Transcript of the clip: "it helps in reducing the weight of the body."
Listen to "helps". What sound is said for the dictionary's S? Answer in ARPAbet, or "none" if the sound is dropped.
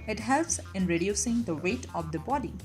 S